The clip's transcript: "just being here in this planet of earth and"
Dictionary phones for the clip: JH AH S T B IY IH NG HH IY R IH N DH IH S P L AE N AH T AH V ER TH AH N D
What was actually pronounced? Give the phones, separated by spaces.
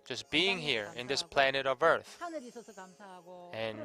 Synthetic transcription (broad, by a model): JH AH S B IY IH NG HH IY R IH N DH IH S P L AE N AH T AH V ER TH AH N